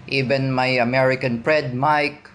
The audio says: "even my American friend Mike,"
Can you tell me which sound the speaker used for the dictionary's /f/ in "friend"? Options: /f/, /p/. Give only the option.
/p/